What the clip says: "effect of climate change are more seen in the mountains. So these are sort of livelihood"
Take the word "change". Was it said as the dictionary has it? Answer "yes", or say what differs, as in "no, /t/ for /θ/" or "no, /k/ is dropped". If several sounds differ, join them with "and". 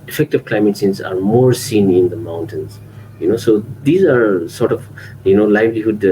no, /s/ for /tʃ/ and /z/ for /dʒ/